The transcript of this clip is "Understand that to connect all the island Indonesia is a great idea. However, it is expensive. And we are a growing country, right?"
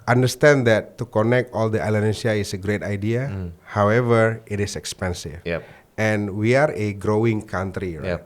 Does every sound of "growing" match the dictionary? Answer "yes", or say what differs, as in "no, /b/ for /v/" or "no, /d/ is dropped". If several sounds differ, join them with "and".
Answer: yes